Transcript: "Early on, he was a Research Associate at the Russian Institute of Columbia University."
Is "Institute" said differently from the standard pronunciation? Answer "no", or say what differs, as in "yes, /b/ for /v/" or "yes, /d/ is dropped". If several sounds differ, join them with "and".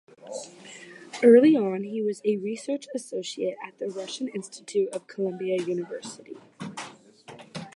no